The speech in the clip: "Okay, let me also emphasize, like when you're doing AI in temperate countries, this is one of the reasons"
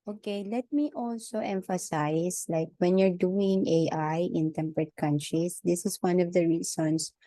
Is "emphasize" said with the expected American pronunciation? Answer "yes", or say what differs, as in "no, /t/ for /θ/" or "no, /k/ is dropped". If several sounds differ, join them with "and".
no, /s/ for /z/